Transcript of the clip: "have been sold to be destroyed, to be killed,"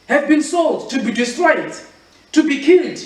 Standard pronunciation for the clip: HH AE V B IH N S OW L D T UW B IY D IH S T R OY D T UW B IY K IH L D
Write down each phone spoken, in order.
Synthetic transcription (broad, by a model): HH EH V B IH N S OW L D T UW B IY D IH S T R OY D T UW B IY K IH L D